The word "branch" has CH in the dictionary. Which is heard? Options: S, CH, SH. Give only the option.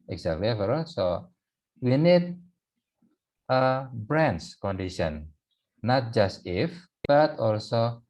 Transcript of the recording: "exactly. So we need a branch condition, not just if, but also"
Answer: S